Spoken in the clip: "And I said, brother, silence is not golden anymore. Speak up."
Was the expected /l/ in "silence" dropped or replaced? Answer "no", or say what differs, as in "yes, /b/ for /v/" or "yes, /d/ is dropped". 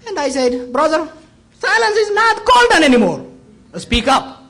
no